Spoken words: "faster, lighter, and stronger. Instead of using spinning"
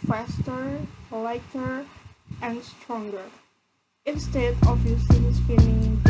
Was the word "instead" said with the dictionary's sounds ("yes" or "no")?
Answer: yes